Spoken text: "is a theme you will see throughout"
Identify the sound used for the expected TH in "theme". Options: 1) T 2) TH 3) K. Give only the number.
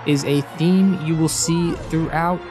2